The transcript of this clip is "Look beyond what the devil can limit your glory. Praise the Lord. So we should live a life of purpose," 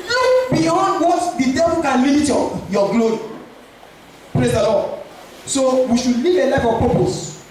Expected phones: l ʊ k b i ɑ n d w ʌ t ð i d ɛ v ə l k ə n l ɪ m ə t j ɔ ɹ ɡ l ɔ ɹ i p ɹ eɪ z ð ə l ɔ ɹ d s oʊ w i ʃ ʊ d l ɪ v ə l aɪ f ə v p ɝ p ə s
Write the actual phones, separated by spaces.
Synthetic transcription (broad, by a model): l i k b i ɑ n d w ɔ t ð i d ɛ p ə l k ə n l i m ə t j ɔ ɡ l ɔ ɹ i p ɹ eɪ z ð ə l ɔ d s oʊ w i ʃ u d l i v ə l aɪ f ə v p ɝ p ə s